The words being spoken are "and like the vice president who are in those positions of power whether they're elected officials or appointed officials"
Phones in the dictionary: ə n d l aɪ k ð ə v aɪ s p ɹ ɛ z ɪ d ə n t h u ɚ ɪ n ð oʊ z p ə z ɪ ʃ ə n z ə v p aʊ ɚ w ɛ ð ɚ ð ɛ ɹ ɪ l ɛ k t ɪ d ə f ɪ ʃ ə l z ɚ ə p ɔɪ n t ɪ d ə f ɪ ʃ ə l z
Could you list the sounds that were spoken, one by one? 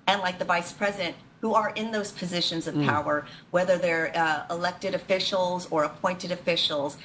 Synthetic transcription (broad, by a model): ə n l aɪ k ð ə v aɪ s p ɹ ɛ z ɪ d ə n t h u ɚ ɪ n ð oʊ z p ə z ɪ ʃ ə n z ə v p aʊ ɚ w ɛ ð ɚ ð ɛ ɹ ɪ l ɛ k t ɪ d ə f ɪ ʃ l z ɚ ə p ɔɪ n t ɪ d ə f ɪ ʃ l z